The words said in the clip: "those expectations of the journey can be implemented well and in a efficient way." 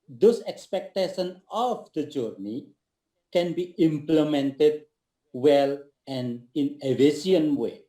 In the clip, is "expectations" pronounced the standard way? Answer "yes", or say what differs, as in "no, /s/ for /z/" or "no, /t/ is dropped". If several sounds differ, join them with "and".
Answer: no, /z/ is dropped